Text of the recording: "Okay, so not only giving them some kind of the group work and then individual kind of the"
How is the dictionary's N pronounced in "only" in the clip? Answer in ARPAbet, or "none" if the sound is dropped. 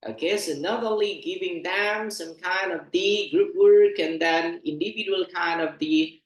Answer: none